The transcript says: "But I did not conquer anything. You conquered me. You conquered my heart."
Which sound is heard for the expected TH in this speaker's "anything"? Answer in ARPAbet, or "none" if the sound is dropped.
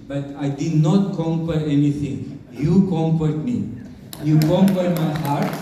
T